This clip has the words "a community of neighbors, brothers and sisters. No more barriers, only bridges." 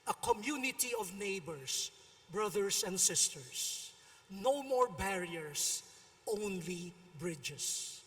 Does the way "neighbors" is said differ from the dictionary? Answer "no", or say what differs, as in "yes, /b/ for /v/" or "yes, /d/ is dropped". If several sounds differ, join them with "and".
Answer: yes, /s/ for /z/